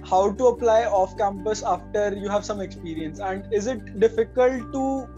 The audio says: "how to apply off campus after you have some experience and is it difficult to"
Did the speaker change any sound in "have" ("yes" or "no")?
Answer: no